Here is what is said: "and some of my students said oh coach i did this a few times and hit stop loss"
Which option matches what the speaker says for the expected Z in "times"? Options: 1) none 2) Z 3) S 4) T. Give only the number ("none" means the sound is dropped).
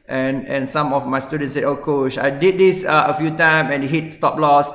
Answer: 1